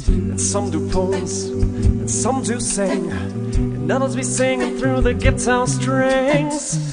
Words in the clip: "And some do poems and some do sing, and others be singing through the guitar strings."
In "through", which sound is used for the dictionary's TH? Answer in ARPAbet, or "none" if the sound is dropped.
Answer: TH